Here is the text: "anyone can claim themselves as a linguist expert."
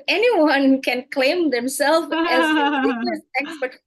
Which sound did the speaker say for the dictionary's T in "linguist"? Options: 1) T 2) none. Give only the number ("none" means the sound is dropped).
2